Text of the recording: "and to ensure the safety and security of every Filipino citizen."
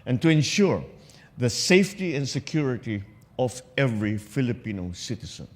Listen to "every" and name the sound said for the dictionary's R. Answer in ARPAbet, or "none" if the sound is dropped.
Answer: R